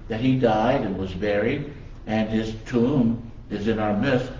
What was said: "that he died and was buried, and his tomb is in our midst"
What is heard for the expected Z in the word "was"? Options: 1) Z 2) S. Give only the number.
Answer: 1